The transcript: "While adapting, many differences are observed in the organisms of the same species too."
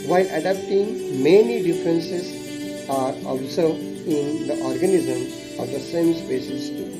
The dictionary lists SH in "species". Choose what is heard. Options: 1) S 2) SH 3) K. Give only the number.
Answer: 1